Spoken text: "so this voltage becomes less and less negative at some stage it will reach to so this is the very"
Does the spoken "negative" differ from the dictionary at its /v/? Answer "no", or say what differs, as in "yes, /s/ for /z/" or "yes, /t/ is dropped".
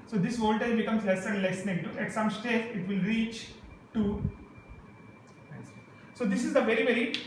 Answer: yes, /v/ is dropped